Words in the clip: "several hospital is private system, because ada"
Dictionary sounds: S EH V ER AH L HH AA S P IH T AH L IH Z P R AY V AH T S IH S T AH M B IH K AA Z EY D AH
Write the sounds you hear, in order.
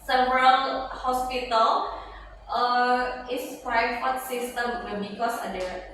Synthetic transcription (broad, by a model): S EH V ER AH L HH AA S P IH T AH L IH S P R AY F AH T S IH S T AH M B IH K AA S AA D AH